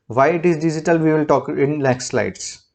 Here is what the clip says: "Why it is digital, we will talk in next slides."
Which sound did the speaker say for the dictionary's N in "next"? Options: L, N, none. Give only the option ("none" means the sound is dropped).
L